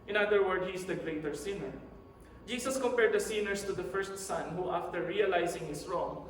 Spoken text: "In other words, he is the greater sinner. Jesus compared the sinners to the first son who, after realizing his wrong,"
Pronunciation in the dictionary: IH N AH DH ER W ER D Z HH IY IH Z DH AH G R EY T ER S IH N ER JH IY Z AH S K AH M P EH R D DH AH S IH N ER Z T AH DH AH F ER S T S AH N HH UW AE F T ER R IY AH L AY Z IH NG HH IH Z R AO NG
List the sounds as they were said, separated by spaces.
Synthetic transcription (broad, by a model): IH N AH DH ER W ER D HH IY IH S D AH G R EY T ER S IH N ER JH IY S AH S K AH M P EH R D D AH S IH N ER S T AH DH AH F ER S T S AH N HH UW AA F T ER R IY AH L AY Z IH NG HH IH S R AO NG